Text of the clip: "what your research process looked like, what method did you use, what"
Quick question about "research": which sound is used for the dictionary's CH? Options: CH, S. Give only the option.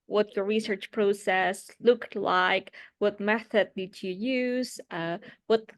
CH